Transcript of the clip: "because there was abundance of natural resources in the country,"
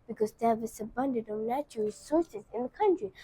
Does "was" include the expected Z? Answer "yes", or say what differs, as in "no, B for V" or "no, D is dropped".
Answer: no, S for Z